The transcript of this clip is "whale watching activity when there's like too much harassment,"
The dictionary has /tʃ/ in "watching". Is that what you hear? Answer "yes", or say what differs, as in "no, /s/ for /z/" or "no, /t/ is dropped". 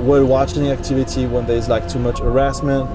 yes